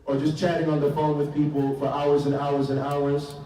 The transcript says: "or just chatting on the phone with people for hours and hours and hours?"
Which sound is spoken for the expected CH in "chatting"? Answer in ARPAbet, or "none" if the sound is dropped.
CH